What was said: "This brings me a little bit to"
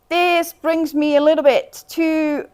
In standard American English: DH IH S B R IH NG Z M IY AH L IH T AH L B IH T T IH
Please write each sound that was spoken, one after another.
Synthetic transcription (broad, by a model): DH IH S B R IH NG Z M IY AH L IH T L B IH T T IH